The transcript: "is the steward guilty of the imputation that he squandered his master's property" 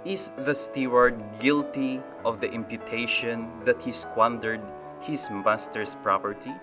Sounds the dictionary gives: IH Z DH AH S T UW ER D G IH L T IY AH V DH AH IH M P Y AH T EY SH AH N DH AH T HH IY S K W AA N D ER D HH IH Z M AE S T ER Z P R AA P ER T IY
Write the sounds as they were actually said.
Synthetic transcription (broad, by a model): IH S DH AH S T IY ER D G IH L T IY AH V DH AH IH M P Y AH T EY SH AH N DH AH T HH IY S K W AA N D ER D HH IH S M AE S T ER S P R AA P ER T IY